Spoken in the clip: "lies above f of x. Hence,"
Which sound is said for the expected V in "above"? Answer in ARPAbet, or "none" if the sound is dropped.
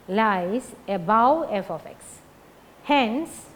W